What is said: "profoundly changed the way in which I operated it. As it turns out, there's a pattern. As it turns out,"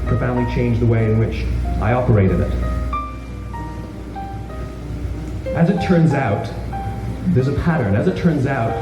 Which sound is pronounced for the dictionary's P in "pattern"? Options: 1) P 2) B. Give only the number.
1